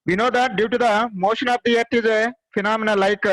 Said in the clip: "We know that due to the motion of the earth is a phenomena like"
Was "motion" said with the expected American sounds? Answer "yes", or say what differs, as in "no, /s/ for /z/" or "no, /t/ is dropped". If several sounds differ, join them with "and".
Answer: yes